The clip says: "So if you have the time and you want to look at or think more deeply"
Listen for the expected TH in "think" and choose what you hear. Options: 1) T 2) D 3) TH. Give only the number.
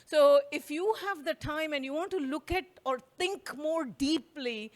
1